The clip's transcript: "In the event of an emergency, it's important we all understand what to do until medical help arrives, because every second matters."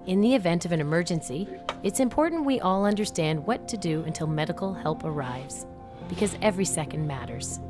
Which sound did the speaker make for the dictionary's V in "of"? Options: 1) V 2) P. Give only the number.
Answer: 1